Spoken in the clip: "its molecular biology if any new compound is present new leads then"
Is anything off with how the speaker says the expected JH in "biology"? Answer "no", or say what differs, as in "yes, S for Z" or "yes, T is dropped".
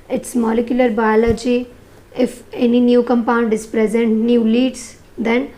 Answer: no